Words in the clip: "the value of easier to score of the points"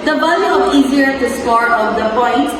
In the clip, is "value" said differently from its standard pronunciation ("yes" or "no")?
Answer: yes